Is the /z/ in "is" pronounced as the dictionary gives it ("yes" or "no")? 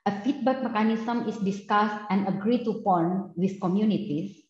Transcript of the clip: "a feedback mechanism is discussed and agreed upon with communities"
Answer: no